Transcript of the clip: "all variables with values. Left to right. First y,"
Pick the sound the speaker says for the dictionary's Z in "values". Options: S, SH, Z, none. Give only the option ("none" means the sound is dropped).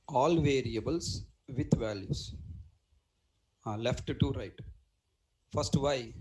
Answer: S